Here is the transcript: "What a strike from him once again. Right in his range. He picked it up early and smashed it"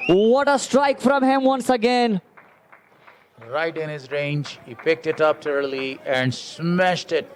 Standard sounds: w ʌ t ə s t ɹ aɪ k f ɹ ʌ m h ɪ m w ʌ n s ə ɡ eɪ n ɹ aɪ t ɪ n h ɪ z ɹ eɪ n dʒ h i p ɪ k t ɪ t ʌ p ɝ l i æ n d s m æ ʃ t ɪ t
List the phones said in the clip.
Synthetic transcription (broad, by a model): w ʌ t ə s t ɹ aɪ k f ɹ ʌ m h ɪ m w ʌ n s ə ɡ eɪ n ɹ aɪ t ɪ n h ɪ z ɹ eɪ n dʒ h i p ɪ k t ɪ t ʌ p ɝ l i æ n d s m æ ʃ t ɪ t